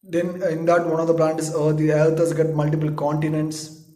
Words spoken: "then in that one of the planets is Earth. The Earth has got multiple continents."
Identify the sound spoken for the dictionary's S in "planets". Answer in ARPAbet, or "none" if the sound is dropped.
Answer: none